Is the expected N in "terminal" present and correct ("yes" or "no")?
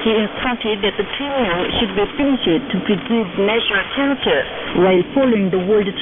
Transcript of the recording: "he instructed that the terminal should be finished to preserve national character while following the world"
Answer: no